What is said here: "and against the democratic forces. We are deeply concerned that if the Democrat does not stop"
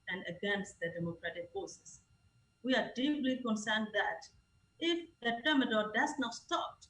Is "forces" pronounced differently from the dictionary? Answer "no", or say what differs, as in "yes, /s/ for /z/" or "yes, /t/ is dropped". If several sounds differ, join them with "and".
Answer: yes, /s/ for /z/